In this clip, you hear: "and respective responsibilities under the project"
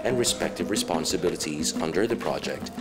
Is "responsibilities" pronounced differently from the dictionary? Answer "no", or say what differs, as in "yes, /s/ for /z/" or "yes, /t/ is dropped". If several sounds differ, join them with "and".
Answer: no